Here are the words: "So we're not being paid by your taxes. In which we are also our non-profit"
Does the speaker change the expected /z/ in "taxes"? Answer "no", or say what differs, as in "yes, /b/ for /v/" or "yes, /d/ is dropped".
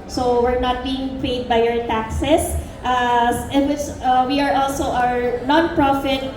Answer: yes, /s/ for /z/